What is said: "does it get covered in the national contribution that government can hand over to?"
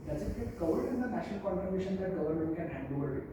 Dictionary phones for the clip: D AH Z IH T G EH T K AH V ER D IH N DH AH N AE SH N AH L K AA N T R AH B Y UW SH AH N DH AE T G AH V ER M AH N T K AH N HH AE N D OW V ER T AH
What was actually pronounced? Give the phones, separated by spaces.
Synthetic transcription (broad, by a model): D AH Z IH T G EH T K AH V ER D IH N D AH N AE SH N AH L K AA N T AH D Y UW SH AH N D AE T G AH V ER M AH N T K AH N HH AE N D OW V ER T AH